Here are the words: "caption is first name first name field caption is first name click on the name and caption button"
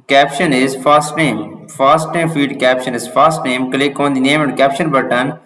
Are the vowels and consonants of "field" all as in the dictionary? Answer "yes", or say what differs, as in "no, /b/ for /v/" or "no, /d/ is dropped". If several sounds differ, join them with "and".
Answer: no, /l/ is dropped